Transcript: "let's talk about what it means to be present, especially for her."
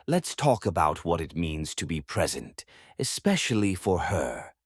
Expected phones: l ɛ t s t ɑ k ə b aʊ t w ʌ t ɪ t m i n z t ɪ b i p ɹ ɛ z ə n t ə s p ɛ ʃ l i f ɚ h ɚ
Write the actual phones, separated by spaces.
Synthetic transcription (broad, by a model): l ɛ t s t ɑ k ə b aʊ t w ʌ t ɪ t m i n z t ɪ b i p ɹ ɛ z ə n t ə s p ɛ ʃ l i f ɚ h ɚ